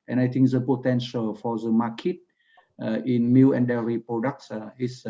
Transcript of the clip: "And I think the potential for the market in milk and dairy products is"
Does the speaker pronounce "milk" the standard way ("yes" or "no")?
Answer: no